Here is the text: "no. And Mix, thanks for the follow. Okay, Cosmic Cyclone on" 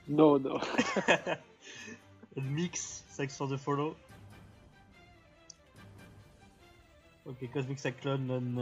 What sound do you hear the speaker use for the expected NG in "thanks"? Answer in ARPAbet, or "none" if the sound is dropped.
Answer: none